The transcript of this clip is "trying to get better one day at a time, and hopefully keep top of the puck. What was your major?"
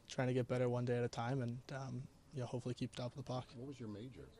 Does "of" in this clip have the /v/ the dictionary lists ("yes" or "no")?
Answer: no